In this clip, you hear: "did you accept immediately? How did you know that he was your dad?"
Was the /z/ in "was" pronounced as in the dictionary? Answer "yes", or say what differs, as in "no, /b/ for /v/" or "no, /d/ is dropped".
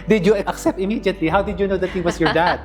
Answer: no, /s/ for /z/